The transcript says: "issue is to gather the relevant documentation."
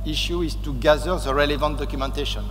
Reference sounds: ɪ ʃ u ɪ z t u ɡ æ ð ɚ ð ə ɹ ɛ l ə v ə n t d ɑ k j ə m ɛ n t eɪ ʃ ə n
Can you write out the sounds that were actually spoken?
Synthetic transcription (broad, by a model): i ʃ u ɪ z t u ɡ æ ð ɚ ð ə ɹ ɛ l ə v ə n t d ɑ k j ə m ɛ n t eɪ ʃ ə n